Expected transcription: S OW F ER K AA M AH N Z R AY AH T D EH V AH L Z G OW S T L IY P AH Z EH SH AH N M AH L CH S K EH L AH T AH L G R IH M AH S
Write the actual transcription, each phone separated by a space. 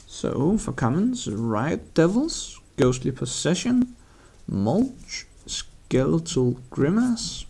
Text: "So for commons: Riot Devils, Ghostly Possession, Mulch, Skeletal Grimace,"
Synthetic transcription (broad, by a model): S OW F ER K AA M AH N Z R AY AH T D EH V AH L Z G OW S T L IY P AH S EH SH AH N M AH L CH S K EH L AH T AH L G R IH M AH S